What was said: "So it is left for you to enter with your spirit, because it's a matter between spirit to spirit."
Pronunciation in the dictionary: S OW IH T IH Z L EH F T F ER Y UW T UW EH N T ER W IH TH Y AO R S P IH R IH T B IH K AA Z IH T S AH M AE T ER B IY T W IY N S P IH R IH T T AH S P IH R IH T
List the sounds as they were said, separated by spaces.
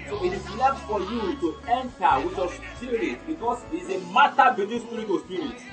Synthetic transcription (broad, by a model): S OW IH T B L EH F F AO Y UW T UW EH N T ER W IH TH Y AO S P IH R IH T B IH K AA S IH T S AH M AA T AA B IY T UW S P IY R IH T T AH S P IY R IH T